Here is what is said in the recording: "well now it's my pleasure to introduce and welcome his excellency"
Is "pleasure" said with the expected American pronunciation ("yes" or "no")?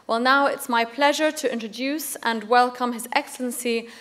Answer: yes